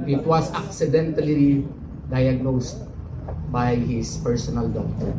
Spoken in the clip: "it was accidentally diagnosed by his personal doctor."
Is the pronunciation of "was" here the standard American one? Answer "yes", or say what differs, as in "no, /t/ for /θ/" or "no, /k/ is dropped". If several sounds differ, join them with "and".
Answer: no, /s/ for /z/